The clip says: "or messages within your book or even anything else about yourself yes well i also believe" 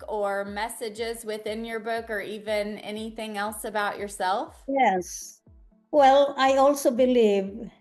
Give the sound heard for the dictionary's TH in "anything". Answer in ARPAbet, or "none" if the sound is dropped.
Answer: TH